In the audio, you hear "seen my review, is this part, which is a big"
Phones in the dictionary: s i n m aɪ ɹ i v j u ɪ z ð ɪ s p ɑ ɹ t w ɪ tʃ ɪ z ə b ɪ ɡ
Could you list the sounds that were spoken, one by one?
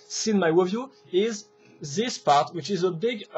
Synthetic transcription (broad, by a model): s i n m aɪ w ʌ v j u ɪ z ð ɪ s p ɑ ɹ t w ɪ tʃ ɪ z ə b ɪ ɡ